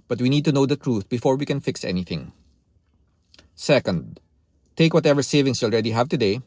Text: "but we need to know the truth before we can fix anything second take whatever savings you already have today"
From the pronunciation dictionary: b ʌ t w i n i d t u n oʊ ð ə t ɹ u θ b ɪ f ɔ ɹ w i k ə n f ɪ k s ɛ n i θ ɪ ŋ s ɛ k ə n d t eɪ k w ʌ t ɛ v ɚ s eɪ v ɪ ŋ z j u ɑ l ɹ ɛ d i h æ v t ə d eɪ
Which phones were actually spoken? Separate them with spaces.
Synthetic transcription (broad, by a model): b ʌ t w i n i d t u n oʊ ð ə t ɹ u θ b ɪ f ɔ ɹ w i k ə n f ɪ k s ɛ n i θ ɪ ŋ s ɛ k ə n d t eɪ k w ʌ t ɛ v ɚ s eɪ v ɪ ŋ s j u ɑ l ɹ ɛ d i h æ v t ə d eɪ